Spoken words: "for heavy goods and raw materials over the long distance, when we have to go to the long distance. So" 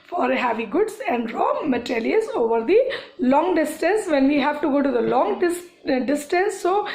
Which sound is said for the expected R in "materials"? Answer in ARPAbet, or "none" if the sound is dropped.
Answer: L